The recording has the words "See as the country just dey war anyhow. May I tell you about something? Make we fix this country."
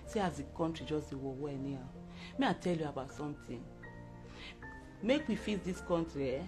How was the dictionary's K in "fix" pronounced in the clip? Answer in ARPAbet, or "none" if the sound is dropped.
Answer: none